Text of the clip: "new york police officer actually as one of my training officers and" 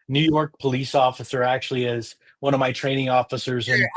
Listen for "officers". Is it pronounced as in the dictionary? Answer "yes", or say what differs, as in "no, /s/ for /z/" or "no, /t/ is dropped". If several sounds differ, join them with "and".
yes